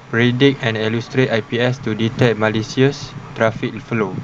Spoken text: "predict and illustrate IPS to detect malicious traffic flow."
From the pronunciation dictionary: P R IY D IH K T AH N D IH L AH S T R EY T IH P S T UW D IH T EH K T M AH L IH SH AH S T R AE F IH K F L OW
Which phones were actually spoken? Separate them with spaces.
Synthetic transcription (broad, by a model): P R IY D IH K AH N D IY L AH S T R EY T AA P S T UW D IH T EH K T M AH L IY S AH S T R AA F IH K F L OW